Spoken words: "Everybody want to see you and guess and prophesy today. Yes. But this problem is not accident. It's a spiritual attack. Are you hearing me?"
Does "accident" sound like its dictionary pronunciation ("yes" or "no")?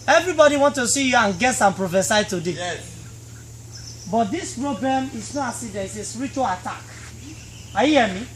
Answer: no